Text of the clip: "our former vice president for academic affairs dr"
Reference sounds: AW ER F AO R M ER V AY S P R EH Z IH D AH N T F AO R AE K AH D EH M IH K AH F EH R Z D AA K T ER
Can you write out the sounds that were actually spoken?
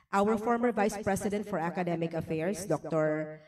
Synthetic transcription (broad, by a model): AW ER F AO R M ER V AY S P R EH S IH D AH N T F AO R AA K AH D EH M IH K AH F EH R S D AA K T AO